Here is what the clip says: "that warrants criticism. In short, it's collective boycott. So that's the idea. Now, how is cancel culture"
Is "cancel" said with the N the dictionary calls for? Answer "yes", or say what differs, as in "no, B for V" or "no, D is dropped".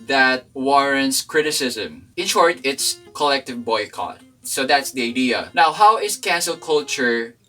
yes